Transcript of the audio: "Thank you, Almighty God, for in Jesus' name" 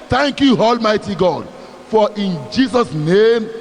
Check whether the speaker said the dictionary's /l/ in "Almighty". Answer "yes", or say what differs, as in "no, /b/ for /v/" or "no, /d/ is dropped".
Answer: yes